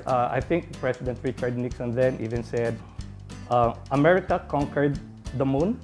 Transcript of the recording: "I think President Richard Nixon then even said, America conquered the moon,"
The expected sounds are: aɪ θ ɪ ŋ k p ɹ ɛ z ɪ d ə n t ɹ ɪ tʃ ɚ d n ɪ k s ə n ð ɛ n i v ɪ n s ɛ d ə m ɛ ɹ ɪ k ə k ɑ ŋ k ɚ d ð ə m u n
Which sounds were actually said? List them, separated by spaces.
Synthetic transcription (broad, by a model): aɪ θ ɪ ŋ k p ɹ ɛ s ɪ d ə n t ɹ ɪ tʃ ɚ d n ɪ k s ə n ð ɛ n i v ɪ n s ɛ d ə m ɛ ɹ ɪ k ə k ɑ ŋ k ɚ d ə m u n